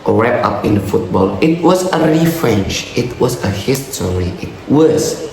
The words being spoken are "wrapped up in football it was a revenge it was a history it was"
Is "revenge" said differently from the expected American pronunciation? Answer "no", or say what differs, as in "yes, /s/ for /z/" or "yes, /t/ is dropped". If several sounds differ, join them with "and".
yes, /tʃ/ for /dʒ/